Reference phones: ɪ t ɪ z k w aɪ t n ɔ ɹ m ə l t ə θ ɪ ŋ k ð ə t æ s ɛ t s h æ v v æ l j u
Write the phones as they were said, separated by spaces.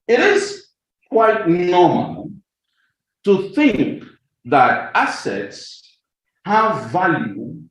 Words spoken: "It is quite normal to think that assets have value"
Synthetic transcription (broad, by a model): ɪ t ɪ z k w aɪ t n ɔ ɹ m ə l t ə θ ɪ ŋ k ð ə t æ s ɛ t s h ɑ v v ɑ l j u